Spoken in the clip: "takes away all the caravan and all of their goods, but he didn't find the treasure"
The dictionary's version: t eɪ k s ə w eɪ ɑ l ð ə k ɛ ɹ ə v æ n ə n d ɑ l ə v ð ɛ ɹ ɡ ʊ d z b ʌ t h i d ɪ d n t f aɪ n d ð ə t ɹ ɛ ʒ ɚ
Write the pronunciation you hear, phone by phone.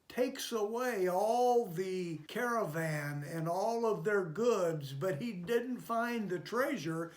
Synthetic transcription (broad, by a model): t eɪ k s ə w eɪ ɑ l ð ə k ɛ ɹ ə v æ n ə n ɑ l ə v ð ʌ ɹ ɡ ʊ d z b ʌ t h i d ɪ d n t f aɪ n ð ə t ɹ ɛ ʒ ɚ